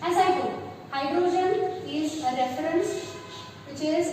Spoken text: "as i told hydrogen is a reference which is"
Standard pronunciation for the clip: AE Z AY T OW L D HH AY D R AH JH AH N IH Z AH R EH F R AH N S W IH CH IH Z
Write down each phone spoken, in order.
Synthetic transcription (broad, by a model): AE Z AY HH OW D HH AY D R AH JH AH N IH Z AH R EH F R AH N S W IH CH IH Z